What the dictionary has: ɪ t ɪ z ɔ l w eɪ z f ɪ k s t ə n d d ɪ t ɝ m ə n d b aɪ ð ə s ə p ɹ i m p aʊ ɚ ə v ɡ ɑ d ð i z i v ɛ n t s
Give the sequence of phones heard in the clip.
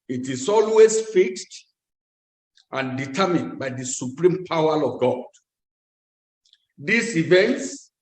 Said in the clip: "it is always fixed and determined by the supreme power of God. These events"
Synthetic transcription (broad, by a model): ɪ t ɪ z ɔ l w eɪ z f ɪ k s t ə n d d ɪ t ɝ m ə n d b aɪ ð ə s ə p ɹ i m p aʊ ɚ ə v ɡ ɑ d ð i s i v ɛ n t s